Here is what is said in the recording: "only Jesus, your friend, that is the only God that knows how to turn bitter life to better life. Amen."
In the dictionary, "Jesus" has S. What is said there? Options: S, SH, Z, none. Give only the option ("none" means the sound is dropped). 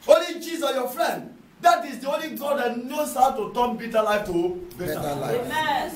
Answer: none